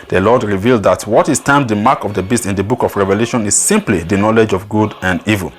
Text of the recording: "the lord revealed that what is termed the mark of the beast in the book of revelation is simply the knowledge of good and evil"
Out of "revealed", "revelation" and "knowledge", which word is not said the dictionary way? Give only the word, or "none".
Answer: none